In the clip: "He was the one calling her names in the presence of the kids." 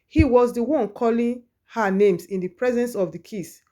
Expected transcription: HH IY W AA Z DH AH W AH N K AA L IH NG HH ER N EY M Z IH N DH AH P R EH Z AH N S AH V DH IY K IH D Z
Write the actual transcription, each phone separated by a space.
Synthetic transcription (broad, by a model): HH IY W AA Z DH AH W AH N K AA L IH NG HH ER N EY M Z IH N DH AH P R EH Z AH N S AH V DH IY K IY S